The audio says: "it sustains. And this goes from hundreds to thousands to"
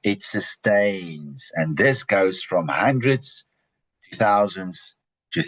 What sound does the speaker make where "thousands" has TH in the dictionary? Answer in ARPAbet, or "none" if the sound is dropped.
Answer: TH